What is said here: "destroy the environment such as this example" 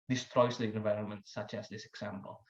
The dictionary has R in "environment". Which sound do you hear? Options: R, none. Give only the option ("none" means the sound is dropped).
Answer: R